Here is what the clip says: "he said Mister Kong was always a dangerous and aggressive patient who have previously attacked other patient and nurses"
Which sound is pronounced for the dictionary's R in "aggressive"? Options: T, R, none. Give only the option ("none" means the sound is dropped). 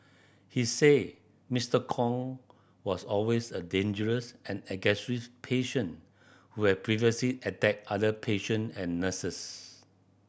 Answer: none